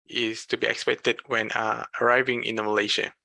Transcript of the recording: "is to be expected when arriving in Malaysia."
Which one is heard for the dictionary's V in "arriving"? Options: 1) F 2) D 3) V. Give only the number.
3